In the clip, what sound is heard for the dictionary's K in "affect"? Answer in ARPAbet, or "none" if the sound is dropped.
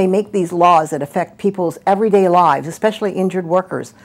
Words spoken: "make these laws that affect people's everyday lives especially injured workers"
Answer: K